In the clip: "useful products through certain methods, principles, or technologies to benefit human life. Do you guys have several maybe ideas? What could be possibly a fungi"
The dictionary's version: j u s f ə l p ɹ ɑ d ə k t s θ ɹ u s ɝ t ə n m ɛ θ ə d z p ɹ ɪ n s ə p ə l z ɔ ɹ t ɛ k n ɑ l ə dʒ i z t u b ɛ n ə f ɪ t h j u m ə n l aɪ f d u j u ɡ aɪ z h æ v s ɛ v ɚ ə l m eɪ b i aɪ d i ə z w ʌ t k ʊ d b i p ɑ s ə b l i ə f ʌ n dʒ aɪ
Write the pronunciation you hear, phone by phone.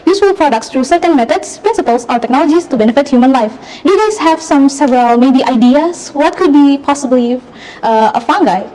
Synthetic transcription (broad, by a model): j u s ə l p ɹ ɑ d ə k t s t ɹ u s ɝ t ə n m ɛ t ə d s p ɹ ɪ n s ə p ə l s ɔ ɹ t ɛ k n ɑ l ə dʒ i s t u b ɛ n ə f ɪ t h j u m ə n l aɪ f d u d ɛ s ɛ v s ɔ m s ɛ v ɚ ə l m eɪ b i aɪ d i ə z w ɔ t k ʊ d b i p ɑ s ə b l i ə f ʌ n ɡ aɪ